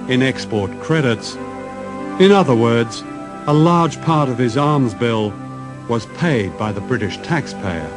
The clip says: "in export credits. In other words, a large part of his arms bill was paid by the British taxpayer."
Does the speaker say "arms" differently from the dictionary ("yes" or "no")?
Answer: no